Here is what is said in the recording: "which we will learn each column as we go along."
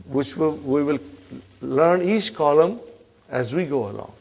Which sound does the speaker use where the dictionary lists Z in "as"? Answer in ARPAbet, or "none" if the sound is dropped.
Z